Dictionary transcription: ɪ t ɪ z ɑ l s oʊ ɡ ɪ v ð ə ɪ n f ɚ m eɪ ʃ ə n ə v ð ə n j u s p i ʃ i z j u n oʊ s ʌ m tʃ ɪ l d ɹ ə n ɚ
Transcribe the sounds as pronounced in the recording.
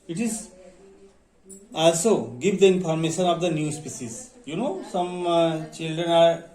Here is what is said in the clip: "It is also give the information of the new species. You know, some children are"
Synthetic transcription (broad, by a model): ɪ t ɪ z ɑ l s oʊ ɡ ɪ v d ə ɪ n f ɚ m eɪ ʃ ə n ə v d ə n j u s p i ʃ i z j u n oʊ s ʌ m tʃ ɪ l d ɹ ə n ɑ